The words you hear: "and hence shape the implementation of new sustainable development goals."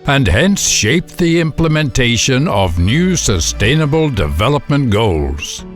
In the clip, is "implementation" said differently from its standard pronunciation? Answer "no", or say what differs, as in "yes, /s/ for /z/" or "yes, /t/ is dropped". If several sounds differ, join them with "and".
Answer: no